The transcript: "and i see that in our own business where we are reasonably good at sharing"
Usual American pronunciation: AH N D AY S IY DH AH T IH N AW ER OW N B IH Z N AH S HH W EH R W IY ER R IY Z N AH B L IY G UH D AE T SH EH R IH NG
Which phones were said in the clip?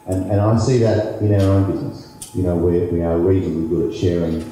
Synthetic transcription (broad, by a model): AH N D AY S IY DH AH T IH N AW ER OW N B IH Z N AH S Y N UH W W IY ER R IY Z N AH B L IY G UH D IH T SH EH R IH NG